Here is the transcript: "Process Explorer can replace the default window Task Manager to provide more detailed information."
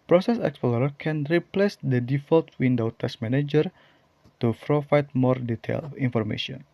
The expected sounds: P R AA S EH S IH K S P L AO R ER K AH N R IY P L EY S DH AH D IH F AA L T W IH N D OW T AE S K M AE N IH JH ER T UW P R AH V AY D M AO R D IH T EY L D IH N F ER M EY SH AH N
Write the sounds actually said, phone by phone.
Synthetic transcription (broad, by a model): P R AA S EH S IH K S P L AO R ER K AH N R IY P L EY S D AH D IH F AA L T W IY N D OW T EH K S M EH N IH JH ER T UW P R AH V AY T M AO R D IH T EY L IY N F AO M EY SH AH N